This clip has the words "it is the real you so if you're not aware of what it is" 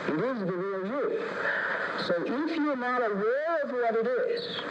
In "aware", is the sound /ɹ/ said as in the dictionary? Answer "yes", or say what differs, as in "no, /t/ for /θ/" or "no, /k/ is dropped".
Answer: no, /l/ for /ɹ/